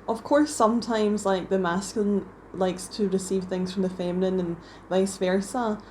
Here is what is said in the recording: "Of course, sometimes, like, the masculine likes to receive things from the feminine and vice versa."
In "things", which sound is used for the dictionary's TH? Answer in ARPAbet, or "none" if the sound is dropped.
TH